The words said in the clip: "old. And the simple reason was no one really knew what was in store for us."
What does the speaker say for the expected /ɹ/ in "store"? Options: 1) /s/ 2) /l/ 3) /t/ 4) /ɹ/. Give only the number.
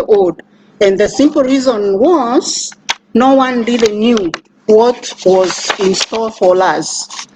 2